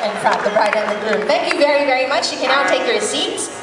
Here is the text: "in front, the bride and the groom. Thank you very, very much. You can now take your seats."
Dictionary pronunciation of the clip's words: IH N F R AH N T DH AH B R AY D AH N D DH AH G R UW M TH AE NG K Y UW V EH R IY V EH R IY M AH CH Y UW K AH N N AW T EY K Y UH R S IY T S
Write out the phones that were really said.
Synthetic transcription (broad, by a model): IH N P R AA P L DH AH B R AY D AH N DH AH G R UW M TH AE NG K Y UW V EH R IY V EH R IY M AH CH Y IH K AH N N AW T EY K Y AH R S IY T S